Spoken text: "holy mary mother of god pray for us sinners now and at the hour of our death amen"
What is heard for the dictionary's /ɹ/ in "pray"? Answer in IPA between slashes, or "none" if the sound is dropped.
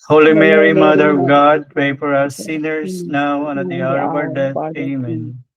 none